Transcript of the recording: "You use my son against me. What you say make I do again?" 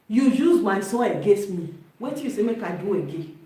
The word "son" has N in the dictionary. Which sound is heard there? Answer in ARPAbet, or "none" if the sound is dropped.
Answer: none